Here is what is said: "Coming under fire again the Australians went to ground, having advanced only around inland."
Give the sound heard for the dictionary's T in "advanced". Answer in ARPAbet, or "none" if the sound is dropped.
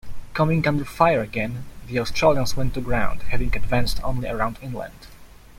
T